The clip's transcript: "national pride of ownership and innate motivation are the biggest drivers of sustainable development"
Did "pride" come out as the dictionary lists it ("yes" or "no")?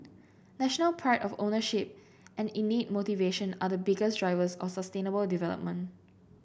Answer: no